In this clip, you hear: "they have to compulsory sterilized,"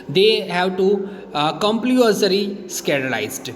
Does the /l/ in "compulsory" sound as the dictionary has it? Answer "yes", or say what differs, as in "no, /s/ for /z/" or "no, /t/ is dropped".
no, /l/ is dropped